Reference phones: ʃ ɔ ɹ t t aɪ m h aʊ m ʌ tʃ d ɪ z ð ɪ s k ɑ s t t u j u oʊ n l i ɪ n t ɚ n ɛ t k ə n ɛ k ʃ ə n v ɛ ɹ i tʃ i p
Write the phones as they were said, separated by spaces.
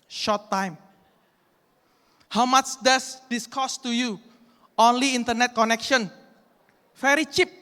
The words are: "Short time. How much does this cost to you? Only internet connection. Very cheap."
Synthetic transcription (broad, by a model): ʃ ɔ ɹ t t aɪ m h aʊ m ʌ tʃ d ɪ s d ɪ s k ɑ s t t u j u oʊ n l i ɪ n t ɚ n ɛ t k ə n ɛ k ʃ ə n f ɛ ɹ i tʃ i p